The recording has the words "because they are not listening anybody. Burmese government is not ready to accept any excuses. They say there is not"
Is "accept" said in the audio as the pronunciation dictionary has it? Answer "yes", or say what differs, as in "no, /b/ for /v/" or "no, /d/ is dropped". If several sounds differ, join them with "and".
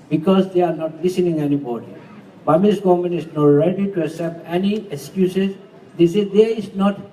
no, /k/ is dropped